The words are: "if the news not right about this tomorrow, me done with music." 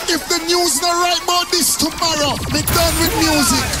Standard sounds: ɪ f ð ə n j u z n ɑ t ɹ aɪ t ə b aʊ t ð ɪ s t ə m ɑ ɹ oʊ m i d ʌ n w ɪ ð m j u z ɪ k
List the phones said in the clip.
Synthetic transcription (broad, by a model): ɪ f ð ə n j u z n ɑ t ɹ aɪ t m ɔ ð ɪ s t ə m ɑ ɹ oʊ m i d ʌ n w ɪ ð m j u z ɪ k